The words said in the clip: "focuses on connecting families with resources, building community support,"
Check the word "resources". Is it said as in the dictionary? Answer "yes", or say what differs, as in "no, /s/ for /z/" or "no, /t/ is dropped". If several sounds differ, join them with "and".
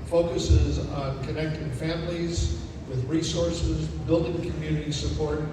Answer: yes